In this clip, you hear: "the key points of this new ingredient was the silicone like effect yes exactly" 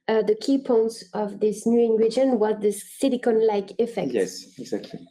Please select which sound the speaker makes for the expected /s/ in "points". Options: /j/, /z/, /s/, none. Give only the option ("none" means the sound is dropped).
/s/